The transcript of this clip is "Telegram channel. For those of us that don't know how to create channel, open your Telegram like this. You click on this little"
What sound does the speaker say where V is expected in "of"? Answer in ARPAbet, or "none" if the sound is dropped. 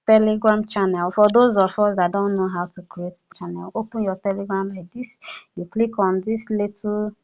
F